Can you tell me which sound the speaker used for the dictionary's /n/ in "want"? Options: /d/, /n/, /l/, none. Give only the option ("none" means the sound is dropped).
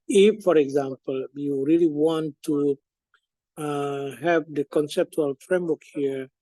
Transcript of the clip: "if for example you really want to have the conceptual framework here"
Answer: /n/